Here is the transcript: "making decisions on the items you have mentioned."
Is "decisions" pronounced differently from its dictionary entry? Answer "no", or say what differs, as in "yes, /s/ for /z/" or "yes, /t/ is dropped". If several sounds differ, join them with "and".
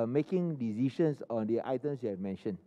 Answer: yes, /ʃ/ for /ʒ/ and /s/ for /z/